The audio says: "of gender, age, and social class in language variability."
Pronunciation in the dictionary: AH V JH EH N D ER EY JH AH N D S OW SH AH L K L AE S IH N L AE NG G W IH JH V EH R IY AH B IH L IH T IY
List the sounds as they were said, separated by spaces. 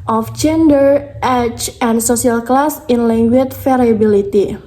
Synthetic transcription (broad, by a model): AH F JH EH N D ER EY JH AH N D S OW S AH L K L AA S IH N L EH NG G W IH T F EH R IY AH B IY L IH T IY